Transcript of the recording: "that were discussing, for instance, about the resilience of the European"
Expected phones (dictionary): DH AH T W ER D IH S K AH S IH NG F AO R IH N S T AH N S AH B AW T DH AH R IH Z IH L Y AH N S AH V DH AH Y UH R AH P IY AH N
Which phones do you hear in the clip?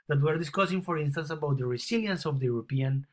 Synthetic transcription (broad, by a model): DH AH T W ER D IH S K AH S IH NG F AO R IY N S T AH N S AH B AW T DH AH R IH S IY L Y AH N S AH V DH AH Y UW R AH P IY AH N